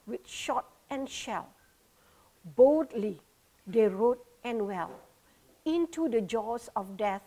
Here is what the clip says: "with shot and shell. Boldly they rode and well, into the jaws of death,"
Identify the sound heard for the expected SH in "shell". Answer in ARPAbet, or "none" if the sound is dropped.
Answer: SH